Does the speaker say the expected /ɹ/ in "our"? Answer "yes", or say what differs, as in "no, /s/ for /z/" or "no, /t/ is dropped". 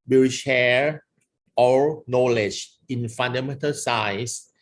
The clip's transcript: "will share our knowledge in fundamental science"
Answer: no, /l/ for /ɹ/